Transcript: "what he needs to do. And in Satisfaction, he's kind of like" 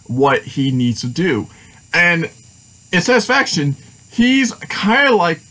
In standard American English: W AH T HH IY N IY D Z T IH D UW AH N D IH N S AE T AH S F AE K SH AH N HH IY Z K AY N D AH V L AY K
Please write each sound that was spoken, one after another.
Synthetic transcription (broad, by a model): W AH T HH IY N IY D Z T IH D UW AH N IH N S AE T AH S F AE K SH AH N HH IY Z K AY N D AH L AY K